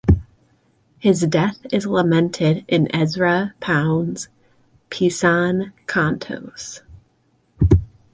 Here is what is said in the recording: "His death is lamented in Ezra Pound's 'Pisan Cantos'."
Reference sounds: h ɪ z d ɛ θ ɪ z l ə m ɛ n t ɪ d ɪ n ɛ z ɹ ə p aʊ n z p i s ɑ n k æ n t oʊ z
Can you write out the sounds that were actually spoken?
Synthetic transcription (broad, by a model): h ɪ z d ɛ θ ɪ z l ə m ɛ n t ɪ d ɪ n ɛ z ɹ ə p aʊ n z p i s ɑ n k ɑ n t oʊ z